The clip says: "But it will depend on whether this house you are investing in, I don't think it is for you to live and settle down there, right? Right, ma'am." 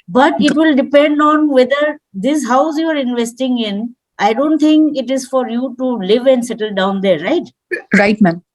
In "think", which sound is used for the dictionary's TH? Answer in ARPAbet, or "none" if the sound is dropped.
T